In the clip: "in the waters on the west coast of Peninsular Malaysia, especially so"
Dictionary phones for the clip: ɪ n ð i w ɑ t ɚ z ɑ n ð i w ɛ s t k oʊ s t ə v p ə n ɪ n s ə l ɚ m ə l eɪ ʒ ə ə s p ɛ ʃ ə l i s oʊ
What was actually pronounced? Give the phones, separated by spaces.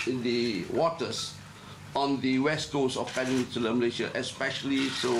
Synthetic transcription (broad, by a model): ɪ n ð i w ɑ t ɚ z ɑ n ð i w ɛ s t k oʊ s ə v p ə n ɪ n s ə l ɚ m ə l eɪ ʃ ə ə s p ɛ ʃ ə l i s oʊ